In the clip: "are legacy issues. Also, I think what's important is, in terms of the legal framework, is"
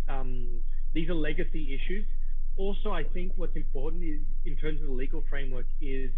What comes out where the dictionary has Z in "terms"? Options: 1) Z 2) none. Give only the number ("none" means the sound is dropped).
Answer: 1